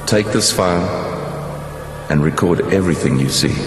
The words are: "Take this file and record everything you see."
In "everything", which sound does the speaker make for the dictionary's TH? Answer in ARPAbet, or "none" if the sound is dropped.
TH